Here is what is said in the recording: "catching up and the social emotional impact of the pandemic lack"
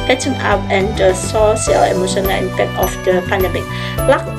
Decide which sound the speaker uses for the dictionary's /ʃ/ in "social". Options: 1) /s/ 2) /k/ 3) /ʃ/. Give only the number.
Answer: 1